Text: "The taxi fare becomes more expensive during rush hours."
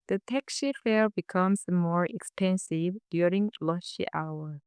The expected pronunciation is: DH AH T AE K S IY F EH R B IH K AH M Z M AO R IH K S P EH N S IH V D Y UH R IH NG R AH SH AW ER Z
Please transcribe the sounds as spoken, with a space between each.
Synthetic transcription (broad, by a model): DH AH T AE K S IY F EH L B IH K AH M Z M AO R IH K S P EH N S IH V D Y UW R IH NG L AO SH AW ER